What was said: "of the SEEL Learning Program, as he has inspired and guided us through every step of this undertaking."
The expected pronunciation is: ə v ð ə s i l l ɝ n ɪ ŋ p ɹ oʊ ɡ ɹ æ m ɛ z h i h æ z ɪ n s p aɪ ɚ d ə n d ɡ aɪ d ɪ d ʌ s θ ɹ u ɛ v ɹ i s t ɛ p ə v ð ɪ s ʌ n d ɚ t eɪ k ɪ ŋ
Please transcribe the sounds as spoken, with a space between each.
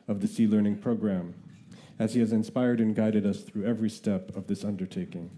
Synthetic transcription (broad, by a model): ə v ð ə s i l l ɝ n ɪ ŋ p ɹ oʊ ɡ ɹ æ m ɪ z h i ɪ z ɪ n s p aɪ ɚ d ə n ɡ aɪ d ɪ d ʌ s θ ɹ u ɛ v ɹ i s t ɛ p ə v ð ɪ s ʌ n d ɚ t eɪ k ɪ ŋ